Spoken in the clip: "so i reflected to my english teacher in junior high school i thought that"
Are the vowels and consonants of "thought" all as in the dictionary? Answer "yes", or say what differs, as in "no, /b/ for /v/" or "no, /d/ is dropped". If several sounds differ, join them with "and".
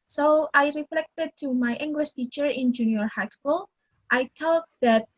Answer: no, /t/ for /θ/